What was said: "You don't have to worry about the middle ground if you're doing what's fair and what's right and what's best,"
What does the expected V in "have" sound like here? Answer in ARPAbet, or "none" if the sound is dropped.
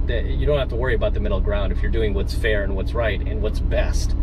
F